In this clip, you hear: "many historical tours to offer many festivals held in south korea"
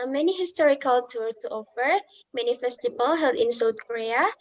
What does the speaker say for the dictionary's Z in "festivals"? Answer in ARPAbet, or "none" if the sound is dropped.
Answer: none